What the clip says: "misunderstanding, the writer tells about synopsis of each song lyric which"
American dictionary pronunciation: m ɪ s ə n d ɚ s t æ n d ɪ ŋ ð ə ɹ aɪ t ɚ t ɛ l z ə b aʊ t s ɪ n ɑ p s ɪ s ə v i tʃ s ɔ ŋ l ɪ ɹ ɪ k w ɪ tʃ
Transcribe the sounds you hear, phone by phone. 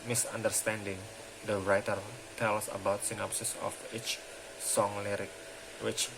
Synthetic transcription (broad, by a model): m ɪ s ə n d ɚ s t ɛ n d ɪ ŋ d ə ɹ aɪ t ɚ t ɛ l s ə b aʊ t s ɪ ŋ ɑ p s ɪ s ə f i tʃ s ɔ ŋ l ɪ ɹ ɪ k w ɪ tʃ